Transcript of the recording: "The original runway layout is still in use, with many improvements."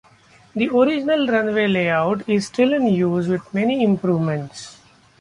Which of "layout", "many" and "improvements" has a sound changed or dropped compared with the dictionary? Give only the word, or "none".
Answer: none